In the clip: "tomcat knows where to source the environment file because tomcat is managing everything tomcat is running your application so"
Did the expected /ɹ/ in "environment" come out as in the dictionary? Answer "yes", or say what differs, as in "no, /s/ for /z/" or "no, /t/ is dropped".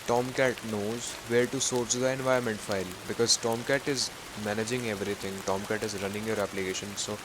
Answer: no, /ɹ/ is dropped